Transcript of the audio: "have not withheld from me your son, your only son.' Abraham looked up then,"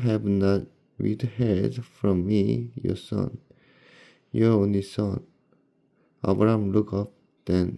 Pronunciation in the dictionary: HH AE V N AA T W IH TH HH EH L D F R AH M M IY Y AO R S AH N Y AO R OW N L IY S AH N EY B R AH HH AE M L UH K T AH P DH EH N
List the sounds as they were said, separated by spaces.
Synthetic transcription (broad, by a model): HH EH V N AA T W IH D HH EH D F R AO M M IY Y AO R S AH N Y AO R OW N L IY S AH N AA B R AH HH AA M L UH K AH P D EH N